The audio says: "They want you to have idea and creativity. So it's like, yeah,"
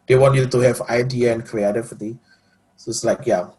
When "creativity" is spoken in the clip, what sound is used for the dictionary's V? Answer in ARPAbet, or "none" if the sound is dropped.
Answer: F